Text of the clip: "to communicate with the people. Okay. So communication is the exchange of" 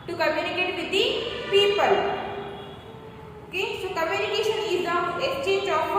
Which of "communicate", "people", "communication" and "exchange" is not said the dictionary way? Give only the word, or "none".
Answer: exchange